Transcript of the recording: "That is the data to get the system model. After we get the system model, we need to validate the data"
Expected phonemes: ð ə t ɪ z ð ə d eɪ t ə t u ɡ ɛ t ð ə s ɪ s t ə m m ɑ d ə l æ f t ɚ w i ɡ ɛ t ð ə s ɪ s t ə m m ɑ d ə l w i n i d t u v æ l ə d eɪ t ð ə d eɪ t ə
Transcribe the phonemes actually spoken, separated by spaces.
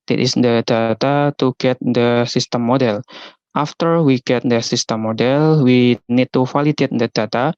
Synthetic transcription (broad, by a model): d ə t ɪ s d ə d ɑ t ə t u ɡ ɛ t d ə s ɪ s t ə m m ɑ d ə l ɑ f t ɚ w i ɡ ɛ t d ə s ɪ s t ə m m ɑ d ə l w i n i d t u f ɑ l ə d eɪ t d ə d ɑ t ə